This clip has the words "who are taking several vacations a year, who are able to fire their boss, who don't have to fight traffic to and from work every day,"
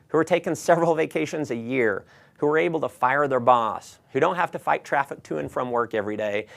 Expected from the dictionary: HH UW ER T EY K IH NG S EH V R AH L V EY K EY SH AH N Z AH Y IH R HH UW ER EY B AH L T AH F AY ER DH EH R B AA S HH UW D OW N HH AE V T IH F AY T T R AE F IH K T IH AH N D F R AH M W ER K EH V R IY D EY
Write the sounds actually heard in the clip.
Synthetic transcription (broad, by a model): HH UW ER T EY K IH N S EH V R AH L V EY K EY SH AH N Z AH Y IH R HH UW ER EY B L T AH F AY ER DH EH R B AA S HH UW D OW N HH AE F T IH F AY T T R AE F IH K T IH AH N F R AH M W ER K EH V R IY D EY